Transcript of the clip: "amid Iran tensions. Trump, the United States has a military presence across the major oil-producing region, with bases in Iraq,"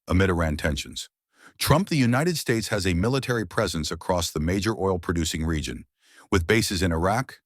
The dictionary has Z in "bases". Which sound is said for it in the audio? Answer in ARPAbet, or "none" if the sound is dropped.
Z